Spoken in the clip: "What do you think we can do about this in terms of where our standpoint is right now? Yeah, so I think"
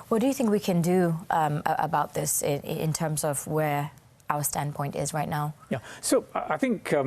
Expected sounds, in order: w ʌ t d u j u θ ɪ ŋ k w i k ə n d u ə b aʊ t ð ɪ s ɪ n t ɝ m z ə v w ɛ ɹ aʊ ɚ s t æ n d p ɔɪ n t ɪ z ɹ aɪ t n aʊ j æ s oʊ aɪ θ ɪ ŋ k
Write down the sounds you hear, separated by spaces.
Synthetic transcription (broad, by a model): w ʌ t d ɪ j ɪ θ ɪ ŋ k w i k ə n d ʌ ə b aʊ t ð ɪ s ɪ n t ɝ m z ə v w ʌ ɹ aʊ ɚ s t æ n p ɔɪ n t ɪ z ɹ aɪ t n aʊ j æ s oʊ aɪ θ ɪ ŋ k